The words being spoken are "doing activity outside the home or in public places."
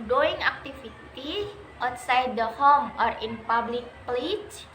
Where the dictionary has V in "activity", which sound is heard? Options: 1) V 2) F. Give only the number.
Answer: 2